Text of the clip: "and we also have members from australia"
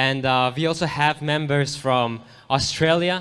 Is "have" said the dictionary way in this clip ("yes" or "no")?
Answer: yes